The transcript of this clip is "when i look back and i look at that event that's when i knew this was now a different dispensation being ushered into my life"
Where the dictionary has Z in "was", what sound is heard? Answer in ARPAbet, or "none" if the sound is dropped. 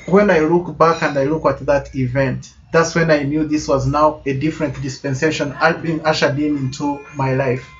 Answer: Z